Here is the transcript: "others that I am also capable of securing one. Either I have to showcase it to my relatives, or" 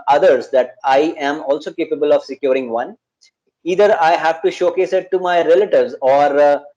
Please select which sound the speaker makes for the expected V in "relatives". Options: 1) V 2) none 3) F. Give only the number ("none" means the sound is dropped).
1